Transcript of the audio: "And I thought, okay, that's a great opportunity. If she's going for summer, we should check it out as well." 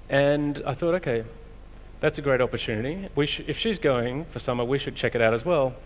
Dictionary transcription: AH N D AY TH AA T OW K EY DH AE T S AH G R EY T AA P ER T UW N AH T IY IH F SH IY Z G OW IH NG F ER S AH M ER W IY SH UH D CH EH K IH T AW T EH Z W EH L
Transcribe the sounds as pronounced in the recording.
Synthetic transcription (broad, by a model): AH N AY TH AA T OW K EY DH AE T S AH G R EY T AA P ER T UW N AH T IY IH F SH IY Z G OW IH NG F ER S AH M ER W IY SH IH D CH EH K IH T AW T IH Z W EH L